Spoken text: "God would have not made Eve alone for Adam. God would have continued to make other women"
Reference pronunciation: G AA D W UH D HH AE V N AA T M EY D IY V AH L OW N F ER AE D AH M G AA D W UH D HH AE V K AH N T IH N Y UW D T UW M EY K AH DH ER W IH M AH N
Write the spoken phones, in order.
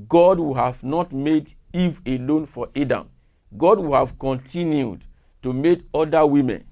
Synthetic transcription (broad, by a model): G AA D W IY HH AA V N AA T M EY D IY V AH L OW N F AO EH D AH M G AA D W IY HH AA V K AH N T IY N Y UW D T UW M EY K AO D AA W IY M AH N